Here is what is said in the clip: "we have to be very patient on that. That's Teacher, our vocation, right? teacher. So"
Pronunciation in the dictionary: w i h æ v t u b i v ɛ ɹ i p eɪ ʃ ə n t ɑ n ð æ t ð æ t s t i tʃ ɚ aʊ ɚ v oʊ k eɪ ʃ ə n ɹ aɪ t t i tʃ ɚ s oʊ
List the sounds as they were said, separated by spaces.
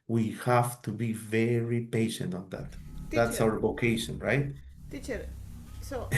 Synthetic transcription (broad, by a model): w i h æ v t u b i v ɛ ɹ i p eɪ ʃ ə n t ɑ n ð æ t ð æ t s aʊ ɚ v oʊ k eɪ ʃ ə n ɹ aɪ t t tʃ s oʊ